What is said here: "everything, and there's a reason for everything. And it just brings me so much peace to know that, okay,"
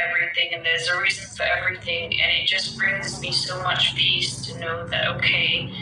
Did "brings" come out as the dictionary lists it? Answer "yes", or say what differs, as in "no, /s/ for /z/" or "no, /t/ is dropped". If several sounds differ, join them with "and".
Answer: yes